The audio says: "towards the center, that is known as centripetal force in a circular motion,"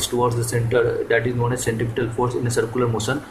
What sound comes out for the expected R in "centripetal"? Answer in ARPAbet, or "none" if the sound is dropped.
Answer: none